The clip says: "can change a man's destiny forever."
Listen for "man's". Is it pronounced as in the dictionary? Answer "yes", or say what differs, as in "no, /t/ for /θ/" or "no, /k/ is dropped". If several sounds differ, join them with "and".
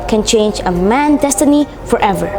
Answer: no, /z/ is dropped